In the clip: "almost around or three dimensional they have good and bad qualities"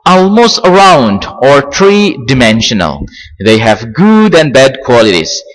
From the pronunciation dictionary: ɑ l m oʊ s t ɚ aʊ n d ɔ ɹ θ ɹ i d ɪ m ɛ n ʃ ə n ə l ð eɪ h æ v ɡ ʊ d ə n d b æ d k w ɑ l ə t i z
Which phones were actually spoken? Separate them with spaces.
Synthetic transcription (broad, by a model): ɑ l m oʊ s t ɚ aʊ n d ɔ ɹ t ɹ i d ɪ m ɛ n ʃ ə n ə l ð eɪ h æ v ɡ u d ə n b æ d k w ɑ l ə t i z